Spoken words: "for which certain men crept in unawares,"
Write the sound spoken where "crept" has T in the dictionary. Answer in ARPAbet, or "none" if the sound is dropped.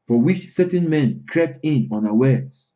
T